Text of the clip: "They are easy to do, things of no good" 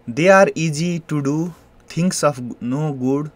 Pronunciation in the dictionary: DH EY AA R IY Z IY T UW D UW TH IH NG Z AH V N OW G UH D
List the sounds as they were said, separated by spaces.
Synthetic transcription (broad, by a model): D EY AA R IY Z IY T UW D UW T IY NG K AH P N OW G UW D